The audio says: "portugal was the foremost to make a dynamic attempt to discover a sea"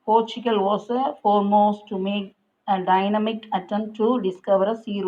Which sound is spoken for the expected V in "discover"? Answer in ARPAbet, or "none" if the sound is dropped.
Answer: V